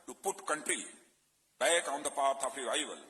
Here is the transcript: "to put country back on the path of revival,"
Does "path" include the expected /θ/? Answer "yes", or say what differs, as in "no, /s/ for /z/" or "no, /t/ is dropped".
no, /t/ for /θ/